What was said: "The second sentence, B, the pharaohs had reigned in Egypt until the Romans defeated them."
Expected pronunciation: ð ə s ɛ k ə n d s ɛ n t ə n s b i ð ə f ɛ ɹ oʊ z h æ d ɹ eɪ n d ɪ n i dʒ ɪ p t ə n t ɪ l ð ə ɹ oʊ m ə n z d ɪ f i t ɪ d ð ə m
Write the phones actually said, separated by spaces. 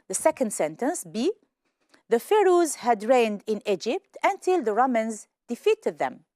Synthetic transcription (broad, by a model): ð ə s ɛ k ə n d s ɛ n t ə n s b i ð ə f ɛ ɹ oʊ z h æ d ɹ eɪ n d ɪ n i dʒ ɪ p t ə n t ɪ l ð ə ɹ oʊ m ə n z d ɪ f i t ɪ d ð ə m